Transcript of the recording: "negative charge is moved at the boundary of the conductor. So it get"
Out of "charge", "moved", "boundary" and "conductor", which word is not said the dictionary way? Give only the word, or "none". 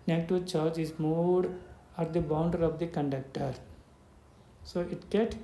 moved